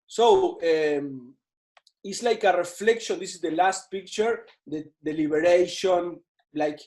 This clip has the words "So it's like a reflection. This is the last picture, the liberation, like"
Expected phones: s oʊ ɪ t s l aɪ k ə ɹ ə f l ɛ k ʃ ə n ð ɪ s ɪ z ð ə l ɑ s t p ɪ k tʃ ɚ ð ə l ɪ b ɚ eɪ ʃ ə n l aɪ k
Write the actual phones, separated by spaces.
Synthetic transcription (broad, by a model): s oʊ ɪ t s l aɪ k ə ɹ ə f l ɛ k ʃ ə n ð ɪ s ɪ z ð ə l ɑ s t p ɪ k tʃ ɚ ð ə l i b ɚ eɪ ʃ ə n l aɪ k